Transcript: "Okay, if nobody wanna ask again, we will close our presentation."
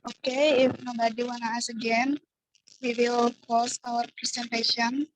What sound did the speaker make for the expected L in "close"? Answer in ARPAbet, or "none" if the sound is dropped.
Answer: none